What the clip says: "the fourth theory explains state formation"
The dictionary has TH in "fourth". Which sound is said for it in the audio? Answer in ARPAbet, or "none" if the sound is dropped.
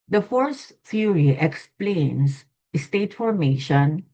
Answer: S